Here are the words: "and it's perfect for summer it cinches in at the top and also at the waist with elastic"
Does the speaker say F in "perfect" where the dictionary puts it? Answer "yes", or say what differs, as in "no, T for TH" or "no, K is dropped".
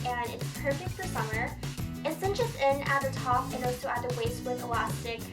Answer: yes